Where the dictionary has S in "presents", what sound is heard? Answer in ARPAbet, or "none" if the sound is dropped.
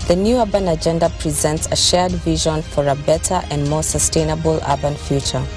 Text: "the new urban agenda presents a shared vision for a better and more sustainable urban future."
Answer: S